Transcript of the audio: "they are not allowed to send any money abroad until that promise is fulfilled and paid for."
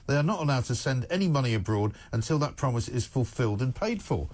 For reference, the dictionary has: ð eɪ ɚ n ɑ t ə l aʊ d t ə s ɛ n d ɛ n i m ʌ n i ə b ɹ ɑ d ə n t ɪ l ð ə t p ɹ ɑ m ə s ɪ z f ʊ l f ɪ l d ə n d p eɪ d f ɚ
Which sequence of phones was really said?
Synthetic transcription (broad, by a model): ð eɪ ɚ n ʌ t ə l aʊ d t ə s ɛ n d ɛ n i m ʌ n i ə b ɹ ɑ d ə n t ɪ l ð ə t p ɹ ɑ m ə s ɪ z f ʊ l f ɪ l d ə n p eɪ d f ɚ